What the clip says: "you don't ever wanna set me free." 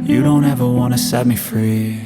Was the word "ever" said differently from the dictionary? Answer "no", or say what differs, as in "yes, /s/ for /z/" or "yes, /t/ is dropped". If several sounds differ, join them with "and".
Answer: no